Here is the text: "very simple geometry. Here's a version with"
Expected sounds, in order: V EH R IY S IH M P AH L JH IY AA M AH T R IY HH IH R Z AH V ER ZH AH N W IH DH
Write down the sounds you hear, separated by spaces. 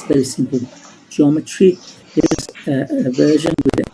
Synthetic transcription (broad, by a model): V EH R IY S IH M P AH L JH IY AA M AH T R IY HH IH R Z AH V ER ZH AH N W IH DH